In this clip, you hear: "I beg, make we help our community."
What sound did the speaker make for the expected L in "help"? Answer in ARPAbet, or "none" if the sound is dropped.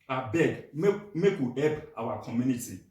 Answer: none